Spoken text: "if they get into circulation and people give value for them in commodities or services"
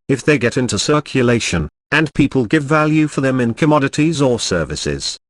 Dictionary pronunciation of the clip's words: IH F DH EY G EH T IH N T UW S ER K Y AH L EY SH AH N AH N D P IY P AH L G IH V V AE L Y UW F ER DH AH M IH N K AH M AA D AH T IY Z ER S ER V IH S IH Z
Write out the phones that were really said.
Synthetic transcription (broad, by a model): IH F DH EY G EH T IH N T UW S ER K Y AH L EY SH AH N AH N P IY P AH L G IH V V AE L Y UW F ER DH AH M IH N K AH M AA D AH T IY Z ER S ER V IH S IH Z